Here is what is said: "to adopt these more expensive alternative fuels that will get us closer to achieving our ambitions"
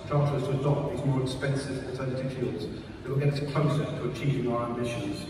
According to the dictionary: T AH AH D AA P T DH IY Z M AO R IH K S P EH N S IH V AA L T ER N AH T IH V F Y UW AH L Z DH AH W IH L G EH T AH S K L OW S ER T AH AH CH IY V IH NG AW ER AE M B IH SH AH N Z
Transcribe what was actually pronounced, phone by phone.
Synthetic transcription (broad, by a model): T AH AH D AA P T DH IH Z M AO R IH K S P EH N S IH V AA T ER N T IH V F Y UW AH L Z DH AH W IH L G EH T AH K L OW S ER T AH AH CH IY V IH NG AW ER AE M B IH SH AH N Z